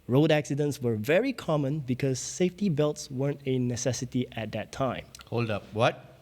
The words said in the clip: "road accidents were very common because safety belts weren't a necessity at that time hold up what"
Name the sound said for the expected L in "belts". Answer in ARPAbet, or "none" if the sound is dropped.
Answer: L